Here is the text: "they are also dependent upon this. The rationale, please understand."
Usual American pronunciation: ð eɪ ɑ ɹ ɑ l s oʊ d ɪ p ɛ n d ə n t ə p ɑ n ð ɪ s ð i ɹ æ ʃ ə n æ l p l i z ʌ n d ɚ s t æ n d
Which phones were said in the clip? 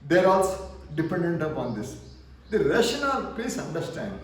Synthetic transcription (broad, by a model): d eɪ ɹ ɑ l s oʊ d ɪ p ɛ n d ə n t ə p ɑ n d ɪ s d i ɹ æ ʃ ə n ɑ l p i s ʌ n d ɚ s t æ n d